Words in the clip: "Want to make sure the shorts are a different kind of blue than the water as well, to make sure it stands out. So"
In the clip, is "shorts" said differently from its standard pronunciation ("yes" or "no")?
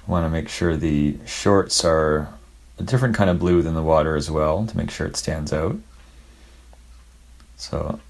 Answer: no